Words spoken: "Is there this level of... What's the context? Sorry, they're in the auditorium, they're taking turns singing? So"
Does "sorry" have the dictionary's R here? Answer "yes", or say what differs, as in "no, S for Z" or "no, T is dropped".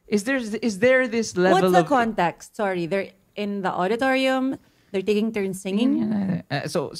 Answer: yes